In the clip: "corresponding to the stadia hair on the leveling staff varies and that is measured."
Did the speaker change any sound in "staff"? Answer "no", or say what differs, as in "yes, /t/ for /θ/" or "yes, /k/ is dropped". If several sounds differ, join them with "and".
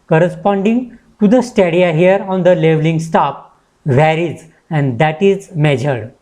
yes, /p/ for /f/